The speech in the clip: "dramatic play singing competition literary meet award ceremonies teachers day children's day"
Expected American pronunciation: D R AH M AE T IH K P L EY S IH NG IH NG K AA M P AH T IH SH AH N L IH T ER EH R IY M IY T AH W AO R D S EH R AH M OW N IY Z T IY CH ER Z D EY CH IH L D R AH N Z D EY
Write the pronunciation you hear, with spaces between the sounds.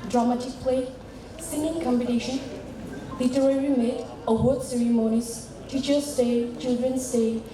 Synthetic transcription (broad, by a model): D R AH M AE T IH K P L EY S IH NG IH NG K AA M B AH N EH SH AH N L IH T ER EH R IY M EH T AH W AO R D S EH R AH M OW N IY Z T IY CH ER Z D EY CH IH L D R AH N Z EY